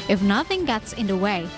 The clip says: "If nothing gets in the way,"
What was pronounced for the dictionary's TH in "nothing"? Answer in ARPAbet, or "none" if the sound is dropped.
TH